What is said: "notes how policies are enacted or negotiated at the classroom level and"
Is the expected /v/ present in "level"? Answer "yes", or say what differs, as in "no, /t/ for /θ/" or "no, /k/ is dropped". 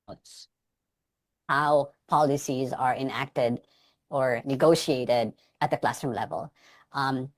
yes